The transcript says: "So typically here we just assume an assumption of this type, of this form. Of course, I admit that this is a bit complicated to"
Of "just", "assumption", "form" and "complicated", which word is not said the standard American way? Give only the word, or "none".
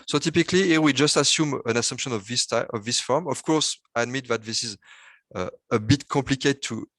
complicated